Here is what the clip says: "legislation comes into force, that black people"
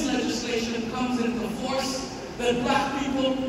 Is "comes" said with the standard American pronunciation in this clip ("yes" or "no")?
yes